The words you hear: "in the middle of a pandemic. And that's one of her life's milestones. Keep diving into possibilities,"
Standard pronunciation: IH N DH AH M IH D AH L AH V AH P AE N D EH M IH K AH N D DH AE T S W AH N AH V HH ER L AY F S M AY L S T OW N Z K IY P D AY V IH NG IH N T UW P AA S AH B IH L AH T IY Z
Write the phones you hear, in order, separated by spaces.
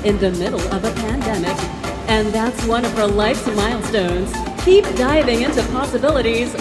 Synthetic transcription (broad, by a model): IH N DH AH M IH D L AH V AH P AE N D EH M IH K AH N DH AE T S W AH N AH V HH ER L AY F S M AY L S T OW N Z K IY P D AY V IH NG IH N T UW P AA S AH B IH L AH T IY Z